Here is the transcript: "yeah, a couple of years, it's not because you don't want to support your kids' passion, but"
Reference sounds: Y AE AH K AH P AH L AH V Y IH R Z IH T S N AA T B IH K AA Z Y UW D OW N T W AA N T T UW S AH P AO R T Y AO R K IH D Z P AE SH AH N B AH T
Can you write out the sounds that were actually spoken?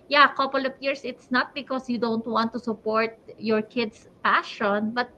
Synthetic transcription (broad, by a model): Y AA AH K AH P AH L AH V Y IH R S IH T S N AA T B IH K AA S Y UW D OW N T W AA N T T UW S AH P AO R T Y AO R K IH D S P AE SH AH N B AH T